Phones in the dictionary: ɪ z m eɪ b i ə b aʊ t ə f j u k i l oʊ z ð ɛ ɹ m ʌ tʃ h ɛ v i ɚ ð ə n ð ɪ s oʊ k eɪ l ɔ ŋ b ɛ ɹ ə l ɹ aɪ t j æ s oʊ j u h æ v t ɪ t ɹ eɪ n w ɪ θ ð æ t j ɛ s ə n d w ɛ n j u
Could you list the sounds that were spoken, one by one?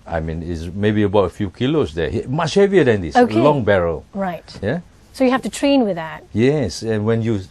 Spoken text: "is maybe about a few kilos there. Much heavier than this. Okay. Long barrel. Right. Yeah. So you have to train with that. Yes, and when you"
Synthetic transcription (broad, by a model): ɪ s m eɪ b i ə b aʊ t ə f j u k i l oʊ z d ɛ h m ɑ tʃ h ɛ v i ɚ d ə n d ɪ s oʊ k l l ɔ ŋ b ɛ ɹ ə l ɹ aɪ t j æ s oʊ j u h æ f t ɪ t ɹ eɪ n w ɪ ð æ t j ɛ s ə n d w ɛ n j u